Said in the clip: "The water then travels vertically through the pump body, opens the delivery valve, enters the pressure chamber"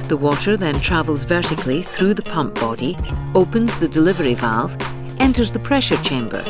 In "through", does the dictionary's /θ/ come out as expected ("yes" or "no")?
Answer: yes